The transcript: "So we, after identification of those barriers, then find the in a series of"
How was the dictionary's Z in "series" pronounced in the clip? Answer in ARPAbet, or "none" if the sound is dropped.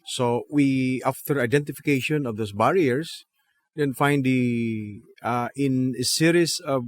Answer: S